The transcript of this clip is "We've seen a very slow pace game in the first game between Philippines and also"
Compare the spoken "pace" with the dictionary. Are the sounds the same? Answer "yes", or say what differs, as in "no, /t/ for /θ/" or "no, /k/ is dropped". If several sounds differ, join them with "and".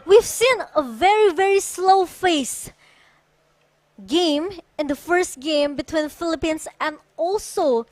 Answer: no, /f/ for /p/